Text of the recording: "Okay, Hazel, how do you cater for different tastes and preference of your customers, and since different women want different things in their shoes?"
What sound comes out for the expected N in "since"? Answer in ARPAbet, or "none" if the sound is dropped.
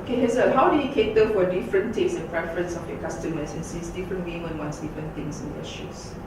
none